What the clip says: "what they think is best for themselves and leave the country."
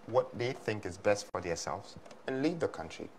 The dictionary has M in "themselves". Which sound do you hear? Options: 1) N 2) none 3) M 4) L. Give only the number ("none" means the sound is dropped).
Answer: 2